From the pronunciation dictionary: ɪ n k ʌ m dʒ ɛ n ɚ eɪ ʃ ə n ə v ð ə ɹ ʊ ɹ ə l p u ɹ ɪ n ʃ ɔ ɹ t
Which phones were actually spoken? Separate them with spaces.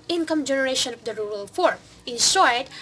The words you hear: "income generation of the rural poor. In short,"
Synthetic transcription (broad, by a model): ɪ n k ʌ m dʒ ɛ n ɚ eɪ ʃ ə n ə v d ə ɹ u ɹ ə l f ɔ ɹ ɪ n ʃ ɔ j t